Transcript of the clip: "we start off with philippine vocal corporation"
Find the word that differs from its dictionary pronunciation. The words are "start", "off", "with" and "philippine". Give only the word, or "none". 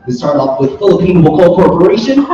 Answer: off